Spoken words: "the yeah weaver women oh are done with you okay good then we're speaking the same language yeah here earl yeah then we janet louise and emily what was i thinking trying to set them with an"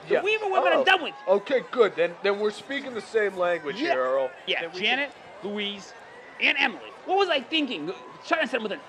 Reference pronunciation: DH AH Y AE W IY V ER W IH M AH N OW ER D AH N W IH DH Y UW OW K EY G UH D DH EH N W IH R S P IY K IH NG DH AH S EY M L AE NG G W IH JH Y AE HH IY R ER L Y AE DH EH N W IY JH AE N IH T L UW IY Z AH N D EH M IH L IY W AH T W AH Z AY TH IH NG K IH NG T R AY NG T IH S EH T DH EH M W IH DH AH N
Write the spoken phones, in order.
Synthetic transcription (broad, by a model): Y AE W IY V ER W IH AH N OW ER D AH N W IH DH OW K EY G UH D DH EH N W IH R S P IY K IH NG DH AH S EY M L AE NG G W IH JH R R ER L Y AE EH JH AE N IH T L UW IY Z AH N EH M L IY W AH T W AH Z AY TH IH NG K IH NG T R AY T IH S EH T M W IH DH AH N